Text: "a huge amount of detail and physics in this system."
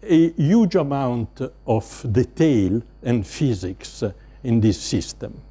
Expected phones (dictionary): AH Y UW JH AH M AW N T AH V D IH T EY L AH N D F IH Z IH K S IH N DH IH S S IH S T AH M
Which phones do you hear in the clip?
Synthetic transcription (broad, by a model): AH Y UW JH AH M AW N T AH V D IH T EY L AH N D F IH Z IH K S IH N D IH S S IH S T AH M